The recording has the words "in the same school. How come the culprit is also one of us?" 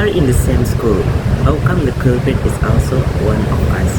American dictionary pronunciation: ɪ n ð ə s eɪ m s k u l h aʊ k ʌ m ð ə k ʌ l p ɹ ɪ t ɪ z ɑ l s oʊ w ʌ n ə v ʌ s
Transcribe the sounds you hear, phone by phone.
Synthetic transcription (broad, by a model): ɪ n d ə s eɪ m s k u l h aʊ k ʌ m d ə k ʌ p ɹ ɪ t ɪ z ɑ l s oʊ w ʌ n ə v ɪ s